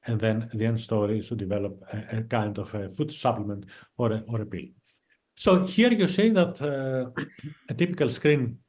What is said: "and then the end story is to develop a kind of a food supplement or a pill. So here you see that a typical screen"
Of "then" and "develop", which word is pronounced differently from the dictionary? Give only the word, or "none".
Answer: none